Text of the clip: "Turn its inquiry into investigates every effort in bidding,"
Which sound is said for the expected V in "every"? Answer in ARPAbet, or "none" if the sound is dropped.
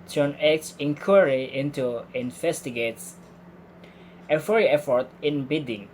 F